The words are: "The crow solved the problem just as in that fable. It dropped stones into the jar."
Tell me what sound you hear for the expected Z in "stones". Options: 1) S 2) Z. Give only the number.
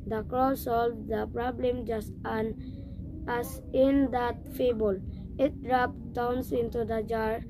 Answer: 1